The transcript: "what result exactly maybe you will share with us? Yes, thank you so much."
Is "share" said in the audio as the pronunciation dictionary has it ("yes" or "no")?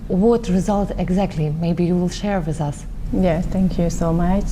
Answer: yes